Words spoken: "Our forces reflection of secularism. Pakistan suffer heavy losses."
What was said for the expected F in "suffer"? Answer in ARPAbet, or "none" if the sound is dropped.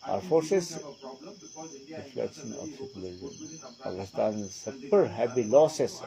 P